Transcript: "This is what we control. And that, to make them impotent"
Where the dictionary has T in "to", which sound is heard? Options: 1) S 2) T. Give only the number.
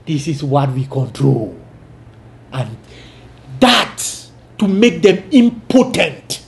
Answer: 1